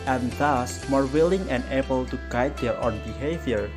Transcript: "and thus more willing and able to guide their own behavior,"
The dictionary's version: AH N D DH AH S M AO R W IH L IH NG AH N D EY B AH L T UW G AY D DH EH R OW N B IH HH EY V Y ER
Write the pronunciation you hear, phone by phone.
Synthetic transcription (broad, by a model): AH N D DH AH S M AO R W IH L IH NG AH N EY B AH L T UW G AY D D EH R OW N B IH HH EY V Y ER